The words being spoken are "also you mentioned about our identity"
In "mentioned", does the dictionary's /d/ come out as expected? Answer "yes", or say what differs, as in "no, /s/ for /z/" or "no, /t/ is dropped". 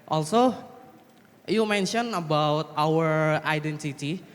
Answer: no, /d/ is dropped